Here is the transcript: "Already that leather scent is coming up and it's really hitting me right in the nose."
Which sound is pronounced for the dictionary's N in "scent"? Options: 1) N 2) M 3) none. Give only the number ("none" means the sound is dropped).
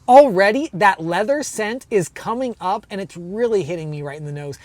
1